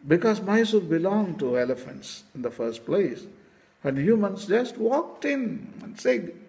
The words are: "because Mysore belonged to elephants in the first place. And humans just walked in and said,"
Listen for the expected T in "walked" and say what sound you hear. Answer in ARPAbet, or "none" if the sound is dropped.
T